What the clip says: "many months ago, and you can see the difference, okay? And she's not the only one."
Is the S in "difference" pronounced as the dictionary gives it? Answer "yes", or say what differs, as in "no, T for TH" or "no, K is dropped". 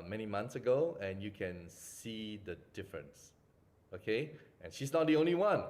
yes